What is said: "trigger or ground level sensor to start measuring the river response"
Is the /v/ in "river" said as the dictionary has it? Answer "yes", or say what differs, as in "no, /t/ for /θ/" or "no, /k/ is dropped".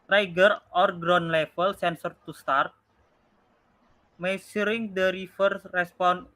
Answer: no, /f/ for /v/